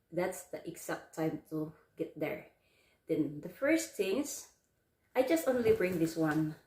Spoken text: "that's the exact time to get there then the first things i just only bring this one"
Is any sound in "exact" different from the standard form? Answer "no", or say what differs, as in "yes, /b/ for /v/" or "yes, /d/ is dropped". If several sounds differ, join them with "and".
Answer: yes, /s/ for /z/